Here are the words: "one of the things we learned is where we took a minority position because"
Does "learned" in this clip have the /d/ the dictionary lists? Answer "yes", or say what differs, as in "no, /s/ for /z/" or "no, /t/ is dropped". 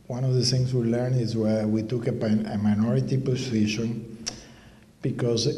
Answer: no, /d/ is dropped